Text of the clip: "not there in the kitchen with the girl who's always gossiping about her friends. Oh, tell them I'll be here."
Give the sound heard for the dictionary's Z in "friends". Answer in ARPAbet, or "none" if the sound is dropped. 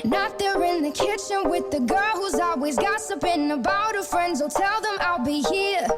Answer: Z